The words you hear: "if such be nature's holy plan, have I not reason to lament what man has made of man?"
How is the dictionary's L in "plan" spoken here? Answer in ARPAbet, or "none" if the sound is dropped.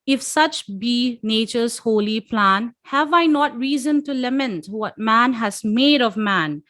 L